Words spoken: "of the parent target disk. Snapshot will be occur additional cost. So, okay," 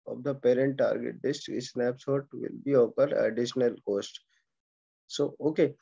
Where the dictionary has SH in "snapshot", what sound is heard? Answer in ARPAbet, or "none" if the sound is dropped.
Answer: S